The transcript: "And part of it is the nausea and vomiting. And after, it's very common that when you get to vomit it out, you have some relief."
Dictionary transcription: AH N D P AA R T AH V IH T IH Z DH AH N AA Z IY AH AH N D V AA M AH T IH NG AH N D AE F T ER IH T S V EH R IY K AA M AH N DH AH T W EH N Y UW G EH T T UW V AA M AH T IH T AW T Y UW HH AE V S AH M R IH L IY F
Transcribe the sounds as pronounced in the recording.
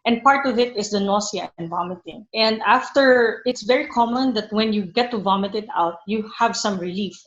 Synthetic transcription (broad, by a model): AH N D P AA R T AH V IH T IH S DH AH N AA S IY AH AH N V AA M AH T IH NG AH N D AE F T ER IH T S V EH R IY K AA M AH N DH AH T W EH N Y UW G EH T T UW V AA M AH T IH T AW T Y UW HH AE V S AH M R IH L IY F